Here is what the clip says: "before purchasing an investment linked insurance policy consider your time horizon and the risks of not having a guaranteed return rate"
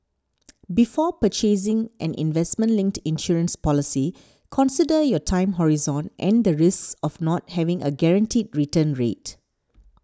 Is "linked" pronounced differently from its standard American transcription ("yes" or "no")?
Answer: no